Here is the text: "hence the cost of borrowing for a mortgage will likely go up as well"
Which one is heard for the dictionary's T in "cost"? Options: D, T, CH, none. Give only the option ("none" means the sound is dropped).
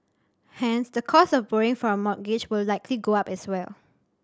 none